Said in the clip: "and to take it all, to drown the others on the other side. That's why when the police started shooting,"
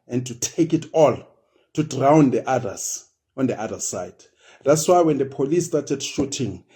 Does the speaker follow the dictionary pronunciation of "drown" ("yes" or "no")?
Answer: yes